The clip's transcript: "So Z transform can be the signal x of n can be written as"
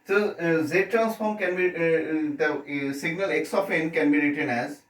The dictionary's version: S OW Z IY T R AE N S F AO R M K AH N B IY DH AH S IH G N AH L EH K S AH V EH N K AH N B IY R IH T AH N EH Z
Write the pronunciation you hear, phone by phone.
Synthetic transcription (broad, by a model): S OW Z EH T R AE N S F AO R M K AH N B IY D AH S IH G N AH L EH K S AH F EH N K AH N B IY R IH T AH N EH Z